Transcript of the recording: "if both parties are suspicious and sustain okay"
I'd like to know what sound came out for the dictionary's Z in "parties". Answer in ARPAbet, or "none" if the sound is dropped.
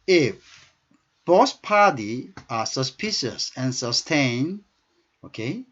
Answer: none